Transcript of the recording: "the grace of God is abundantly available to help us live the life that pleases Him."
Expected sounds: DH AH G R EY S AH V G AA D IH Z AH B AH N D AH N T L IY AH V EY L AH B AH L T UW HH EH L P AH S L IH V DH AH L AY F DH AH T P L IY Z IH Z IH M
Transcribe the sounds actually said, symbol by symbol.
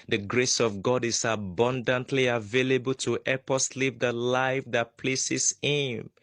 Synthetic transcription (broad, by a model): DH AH G R EY S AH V G AA D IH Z AH B AH N D AH N T L IY AH V EY L AH B AH L T UW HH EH P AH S L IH V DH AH L AY F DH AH T P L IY S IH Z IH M